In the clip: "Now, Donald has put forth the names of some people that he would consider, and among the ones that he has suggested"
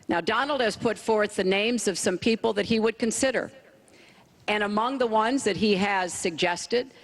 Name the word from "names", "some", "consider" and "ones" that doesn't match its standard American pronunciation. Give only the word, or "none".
none